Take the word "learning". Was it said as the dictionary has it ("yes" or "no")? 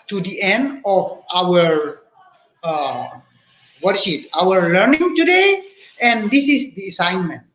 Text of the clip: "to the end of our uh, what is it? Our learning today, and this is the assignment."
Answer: yes